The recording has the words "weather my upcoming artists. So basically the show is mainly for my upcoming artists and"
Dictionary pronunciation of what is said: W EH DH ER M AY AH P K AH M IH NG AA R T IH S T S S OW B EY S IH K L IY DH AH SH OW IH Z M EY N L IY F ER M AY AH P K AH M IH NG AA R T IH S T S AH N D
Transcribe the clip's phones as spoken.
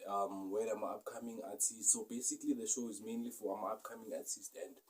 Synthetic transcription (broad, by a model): W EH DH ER M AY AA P K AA M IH NG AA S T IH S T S S OW B EY S IH K L IY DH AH SH OW IH Z M EY N L IY F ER M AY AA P K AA M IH NG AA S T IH S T AH N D